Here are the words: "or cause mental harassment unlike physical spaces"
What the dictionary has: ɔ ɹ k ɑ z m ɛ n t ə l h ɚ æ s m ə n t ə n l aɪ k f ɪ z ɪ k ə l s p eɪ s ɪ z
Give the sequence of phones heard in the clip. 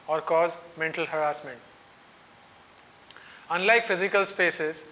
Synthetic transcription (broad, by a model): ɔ ɹ k ɑ z m ɛ n t ə l h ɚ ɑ s m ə n t ə n l aɪ k f ɪ z ɪ k ə l s p eɪ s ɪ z